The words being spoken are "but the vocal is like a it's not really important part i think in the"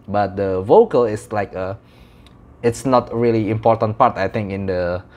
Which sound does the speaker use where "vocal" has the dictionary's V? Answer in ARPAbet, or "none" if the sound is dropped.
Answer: V